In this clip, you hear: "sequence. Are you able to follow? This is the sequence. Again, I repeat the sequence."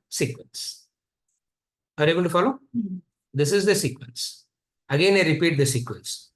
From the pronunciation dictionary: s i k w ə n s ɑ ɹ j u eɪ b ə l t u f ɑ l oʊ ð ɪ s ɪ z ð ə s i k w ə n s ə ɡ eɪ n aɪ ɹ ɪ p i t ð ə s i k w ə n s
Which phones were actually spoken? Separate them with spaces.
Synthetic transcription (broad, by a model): s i k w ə n s ɑ ɹ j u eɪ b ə n t u f ɑ l oʊ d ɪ s ɪ z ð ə s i k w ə n s ə ɡ eɪ n aɪ ɹ ɪ p i t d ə s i k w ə n s